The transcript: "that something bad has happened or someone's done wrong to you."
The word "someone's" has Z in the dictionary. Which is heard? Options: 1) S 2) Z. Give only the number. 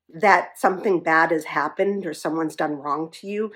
2